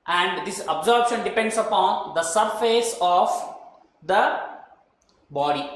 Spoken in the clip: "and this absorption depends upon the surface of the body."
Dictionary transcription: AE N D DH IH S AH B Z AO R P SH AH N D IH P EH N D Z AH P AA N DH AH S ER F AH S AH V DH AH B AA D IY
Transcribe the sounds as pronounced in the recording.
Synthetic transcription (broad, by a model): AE N D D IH S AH B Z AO R B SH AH N D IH P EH N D S AH P AA N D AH S ER F AH S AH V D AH B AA D IY